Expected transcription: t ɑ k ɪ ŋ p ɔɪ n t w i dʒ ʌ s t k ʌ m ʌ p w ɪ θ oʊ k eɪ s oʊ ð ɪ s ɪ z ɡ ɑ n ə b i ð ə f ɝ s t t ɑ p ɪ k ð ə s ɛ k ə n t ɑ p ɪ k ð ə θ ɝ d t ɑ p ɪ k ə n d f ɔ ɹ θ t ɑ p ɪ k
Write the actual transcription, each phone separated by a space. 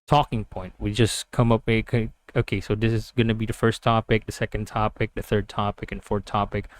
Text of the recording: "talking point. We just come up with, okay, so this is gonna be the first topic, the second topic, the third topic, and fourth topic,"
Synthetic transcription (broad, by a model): t ɑ k ɪ ŋ p ɔɪ n t w i dʒ ʌ s k ʌ m ʌ p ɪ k oʊ k eɪ s oʊ ð ɪ s ɪ z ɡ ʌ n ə b i ð ə f ɝ s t t ɑ p ɪ k ð ə s ɛ k ə n t ɑ p ɪ k ð ə θ ɝ d t ɑ p ɪ k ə n f ɔ ɹ θ t ɑ p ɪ k